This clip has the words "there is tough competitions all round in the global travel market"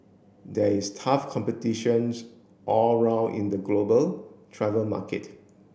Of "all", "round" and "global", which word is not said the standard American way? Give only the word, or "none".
round